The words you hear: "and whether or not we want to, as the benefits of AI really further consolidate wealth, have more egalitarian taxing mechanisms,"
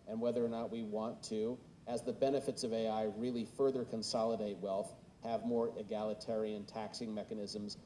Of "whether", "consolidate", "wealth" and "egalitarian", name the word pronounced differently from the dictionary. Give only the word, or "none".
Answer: none